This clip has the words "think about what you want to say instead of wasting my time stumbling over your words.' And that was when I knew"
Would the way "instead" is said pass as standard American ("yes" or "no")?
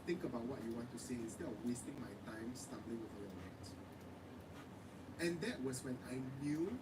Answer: no